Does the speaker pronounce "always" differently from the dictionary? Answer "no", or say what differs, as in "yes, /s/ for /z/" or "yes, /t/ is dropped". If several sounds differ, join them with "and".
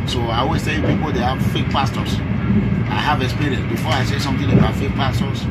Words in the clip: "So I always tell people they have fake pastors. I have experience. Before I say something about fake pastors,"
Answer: yes, /s/ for /z/